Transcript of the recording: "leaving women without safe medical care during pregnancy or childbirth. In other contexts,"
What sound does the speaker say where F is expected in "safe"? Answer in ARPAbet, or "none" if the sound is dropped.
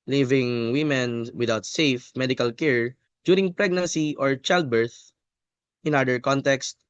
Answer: F